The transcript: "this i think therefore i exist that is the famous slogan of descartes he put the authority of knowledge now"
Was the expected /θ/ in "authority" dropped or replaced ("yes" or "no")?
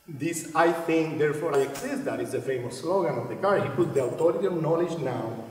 yes